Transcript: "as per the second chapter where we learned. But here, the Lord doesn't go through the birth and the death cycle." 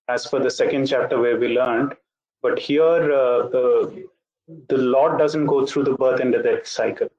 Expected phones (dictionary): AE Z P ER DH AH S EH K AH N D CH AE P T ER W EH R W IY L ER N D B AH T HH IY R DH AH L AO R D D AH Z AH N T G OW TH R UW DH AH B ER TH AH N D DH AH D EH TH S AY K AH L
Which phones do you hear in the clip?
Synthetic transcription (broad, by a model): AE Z F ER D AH S EH K AH N D CH AE P T ER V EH R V IY L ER N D B AH T HH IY R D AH L AO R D D AH Z AH N T G OW T R UW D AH B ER T AH N D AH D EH S AY K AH L